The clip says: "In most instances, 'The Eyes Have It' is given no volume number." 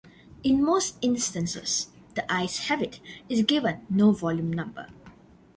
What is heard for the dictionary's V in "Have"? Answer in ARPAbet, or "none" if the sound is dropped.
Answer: B